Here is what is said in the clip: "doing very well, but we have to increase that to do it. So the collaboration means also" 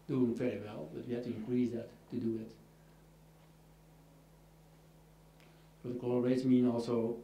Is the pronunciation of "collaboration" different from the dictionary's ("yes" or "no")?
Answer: yes